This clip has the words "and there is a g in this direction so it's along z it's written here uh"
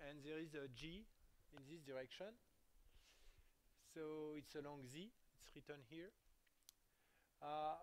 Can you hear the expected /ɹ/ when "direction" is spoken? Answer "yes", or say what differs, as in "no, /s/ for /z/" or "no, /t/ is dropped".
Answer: yes